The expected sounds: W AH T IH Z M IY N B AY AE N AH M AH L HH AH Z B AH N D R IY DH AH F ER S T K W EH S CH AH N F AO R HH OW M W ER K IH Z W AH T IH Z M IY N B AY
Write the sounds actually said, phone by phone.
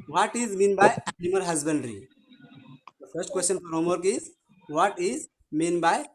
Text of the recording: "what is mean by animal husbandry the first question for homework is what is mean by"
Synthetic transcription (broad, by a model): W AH T IH Z M IY N B AY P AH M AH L HH AH Z B AH N D R IY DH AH F ER S T K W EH S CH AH N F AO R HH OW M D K IH Z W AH T IH Z M IY N B AY